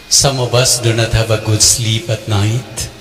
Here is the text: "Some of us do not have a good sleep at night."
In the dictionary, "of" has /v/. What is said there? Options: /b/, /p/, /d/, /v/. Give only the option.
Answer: /b/